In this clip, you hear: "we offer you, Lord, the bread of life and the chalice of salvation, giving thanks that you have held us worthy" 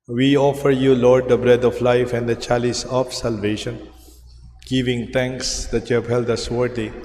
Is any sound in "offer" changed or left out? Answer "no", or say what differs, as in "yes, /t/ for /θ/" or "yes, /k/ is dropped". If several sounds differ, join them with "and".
no